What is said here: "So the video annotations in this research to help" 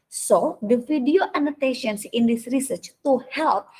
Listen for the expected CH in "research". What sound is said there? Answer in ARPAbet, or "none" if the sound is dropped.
CH